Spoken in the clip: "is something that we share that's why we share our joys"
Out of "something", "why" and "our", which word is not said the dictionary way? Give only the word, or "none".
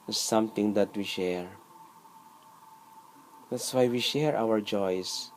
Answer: something